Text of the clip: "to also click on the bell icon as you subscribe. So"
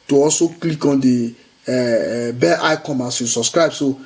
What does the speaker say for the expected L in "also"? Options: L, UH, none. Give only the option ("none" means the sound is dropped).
L